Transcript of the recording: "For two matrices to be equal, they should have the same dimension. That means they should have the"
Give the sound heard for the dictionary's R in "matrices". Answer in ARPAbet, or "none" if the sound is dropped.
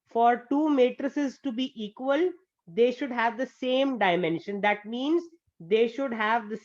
R